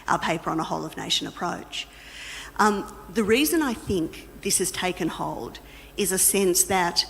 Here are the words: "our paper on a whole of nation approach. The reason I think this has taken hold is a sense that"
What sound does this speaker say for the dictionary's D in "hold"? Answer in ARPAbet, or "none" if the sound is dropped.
D